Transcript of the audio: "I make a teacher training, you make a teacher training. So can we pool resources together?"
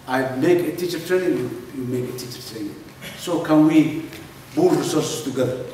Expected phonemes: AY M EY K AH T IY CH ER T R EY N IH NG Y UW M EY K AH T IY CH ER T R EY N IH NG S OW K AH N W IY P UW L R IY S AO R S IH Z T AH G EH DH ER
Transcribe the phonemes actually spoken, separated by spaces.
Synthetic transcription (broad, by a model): AY M EY K AH T IY CH ER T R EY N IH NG Y UW M EY K AH T IY CH ER T R EY N IH NG S OW K AH N W IY B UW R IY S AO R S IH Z T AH G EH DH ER